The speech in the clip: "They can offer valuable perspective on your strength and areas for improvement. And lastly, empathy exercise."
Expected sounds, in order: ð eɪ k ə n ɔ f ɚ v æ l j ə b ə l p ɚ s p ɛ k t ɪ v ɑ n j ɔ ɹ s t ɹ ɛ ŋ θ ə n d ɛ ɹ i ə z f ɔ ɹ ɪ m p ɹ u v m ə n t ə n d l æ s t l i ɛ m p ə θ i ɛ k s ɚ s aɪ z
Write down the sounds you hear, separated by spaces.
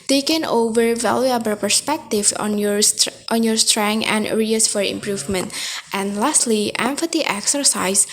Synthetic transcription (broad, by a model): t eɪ k ə n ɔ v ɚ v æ l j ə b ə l p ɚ s p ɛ k t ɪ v ɑ n j ɔ ɹ s t ɹ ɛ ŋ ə n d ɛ ɹ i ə s f ɔ ɹ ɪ m p ɹ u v m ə n t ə n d l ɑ s t l i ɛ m f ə t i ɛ k s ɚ s aɪ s